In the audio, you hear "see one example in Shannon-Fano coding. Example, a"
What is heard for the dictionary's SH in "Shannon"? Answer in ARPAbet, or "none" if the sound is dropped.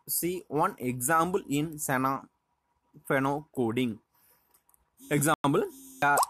S